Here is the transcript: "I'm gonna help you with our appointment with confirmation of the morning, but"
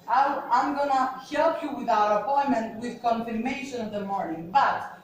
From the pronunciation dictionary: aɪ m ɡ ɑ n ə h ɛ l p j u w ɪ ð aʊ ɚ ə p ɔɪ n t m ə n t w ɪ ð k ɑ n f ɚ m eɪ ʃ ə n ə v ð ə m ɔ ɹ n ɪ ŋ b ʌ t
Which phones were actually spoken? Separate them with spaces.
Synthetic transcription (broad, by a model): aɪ m ɡ ɑ n ə h ɛ l p j u w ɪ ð aʊ ɚ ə p ɔɪ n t m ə n t w ɪ ð k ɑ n f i m eɪ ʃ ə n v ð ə m ɔ ɹ n ɪ ŋ b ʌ t